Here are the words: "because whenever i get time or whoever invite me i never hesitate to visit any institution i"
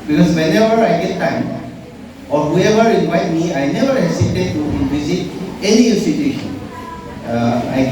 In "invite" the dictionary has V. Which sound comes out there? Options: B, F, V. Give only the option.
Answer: V